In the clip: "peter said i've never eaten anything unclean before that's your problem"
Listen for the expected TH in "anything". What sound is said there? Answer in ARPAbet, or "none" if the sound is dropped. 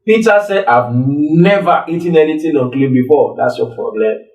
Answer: T